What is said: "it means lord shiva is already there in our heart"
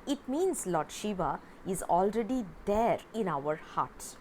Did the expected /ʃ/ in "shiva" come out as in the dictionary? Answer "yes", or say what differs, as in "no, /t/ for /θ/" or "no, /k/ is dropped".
yes